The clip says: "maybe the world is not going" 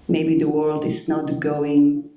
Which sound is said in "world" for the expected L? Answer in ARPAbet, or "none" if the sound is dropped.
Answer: L